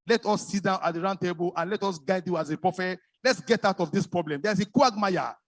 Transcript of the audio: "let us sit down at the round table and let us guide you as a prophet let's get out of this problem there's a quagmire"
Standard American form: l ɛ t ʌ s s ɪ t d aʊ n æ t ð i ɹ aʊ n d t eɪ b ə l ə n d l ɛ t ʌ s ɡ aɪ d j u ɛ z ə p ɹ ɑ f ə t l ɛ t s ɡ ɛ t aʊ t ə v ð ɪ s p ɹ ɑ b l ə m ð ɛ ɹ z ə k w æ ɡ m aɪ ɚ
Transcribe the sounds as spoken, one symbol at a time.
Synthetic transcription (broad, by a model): l ɛ t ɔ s s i t d aʊ n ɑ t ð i ɹ aʊ n d t eɪ b ə l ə n l ɛ t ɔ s ɡ aɪ d j u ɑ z ə p ɹ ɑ f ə l ɛ t s ɡ ɛ t aʊ t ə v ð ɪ s p ɹ ɑ b l ə m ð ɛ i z ə k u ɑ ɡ m aɪ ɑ